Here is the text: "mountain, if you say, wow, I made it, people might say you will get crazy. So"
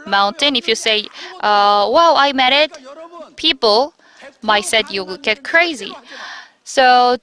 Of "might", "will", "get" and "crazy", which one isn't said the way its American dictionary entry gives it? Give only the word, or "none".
will